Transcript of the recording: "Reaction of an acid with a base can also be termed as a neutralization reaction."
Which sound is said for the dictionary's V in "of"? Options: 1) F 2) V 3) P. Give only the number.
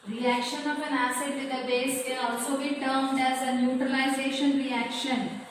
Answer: 3